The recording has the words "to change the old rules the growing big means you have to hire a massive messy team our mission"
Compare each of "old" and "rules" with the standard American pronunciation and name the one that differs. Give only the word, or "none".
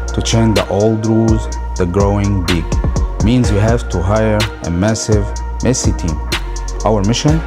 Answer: rules